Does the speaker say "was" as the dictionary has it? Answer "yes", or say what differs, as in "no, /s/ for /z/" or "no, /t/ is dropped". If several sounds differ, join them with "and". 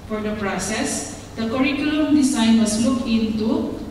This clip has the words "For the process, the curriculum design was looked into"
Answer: no, /s/ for /z/